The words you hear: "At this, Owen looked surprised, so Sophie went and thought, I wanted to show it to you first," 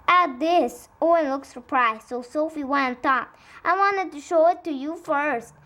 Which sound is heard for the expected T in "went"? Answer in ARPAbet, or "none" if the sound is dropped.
none